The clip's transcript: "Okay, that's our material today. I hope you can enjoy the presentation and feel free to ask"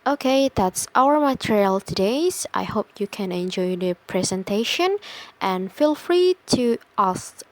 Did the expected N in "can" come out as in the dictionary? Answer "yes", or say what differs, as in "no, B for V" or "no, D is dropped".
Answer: yes